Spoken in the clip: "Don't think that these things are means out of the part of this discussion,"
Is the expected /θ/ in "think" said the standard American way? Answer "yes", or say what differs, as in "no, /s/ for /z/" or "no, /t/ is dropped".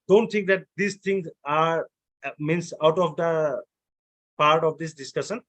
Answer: no, /t/ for /θ/